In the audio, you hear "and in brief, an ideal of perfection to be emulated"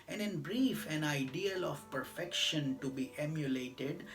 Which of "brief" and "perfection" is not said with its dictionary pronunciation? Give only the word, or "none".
none